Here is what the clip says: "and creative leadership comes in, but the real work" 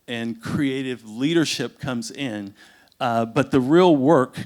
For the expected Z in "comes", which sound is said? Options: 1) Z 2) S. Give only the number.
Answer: 1